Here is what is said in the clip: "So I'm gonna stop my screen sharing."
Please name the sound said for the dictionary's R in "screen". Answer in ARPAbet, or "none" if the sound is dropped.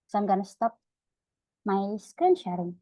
none